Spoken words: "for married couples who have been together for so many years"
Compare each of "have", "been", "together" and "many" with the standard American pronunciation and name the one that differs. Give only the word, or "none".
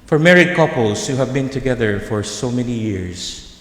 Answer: none